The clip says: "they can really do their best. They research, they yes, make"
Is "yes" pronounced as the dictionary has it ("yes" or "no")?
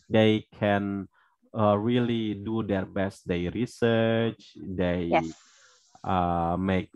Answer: no